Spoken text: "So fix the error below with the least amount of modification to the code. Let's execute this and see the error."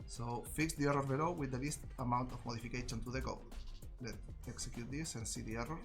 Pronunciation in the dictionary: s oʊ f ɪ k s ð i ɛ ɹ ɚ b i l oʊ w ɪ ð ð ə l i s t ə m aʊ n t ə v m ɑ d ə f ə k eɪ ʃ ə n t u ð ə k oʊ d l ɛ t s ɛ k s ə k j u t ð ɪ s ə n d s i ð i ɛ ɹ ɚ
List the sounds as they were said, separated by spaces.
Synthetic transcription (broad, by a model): s oʊ f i k s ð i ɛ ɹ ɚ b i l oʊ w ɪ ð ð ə l i s t ə m aʊ n t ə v m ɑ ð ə f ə k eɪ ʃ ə n t u ð ə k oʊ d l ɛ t ɛ k s ə k j u t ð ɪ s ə n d s i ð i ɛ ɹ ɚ